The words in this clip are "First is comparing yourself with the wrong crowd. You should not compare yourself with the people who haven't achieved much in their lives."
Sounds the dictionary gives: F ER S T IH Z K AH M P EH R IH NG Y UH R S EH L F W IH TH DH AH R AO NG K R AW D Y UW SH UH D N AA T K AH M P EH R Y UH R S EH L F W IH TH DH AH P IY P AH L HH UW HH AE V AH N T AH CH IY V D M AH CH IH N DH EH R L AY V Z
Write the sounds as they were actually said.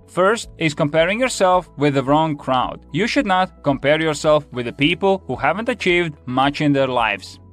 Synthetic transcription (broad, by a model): F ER S T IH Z K AH M P EH R IH NG Y UH R S EH L F W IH DH AH R AO NG K R AW D Y UW SH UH D N AA T K AH M P EH R Y UH R S EH L F W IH DH AH P IY P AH L HH UW HH AE V AH N T AH CH IY V D M AH CH IH N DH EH R L AY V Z